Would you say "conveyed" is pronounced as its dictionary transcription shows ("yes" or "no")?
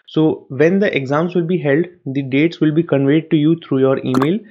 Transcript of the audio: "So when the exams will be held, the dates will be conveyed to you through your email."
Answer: yes